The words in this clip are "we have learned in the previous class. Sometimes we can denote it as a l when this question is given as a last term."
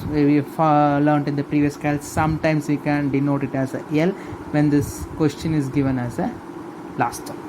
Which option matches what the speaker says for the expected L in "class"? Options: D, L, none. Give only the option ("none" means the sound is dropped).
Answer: none